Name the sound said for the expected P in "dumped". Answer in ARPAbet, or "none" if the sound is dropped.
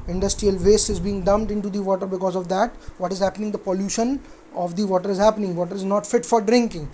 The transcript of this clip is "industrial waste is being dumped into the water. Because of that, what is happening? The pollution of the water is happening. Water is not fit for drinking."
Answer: none